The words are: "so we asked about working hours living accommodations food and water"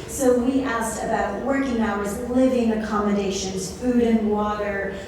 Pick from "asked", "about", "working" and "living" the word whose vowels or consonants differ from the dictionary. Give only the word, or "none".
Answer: none